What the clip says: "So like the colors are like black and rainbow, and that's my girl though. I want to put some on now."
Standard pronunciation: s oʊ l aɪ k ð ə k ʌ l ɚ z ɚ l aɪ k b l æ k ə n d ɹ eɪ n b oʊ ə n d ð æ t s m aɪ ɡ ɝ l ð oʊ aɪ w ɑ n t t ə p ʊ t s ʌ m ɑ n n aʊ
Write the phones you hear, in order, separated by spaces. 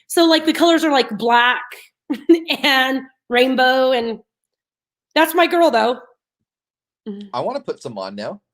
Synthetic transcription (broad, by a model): s oʊ l aɪ k ð ə k ʌ l ɚ z ɚ l aɪ k b l æ k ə n ɹ eɪ n b oʊ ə n ð æ t s m aɪ ɡ ɝ l ð oʊ aɪ w ɑ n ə p ʊ t s ʌ m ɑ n n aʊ